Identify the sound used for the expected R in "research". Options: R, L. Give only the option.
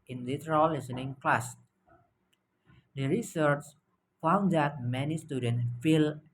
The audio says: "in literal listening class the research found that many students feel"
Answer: R